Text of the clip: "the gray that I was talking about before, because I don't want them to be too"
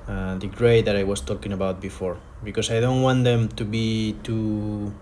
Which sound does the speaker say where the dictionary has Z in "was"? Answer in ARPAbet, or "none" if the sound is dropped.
S